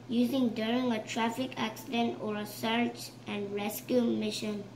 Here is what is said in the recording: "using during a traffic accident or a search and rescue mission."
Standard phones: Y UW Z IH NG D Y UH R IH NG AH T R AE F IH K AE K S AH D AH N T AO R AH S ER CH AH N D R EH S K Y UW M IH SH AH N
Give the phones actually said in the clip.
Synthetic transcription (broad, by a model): Y UW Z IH NG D Y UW R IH NG AH T R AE F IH K AE K S AH D AH N T AO R AH S ER CH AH N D R EH S K Y UW M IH SH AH N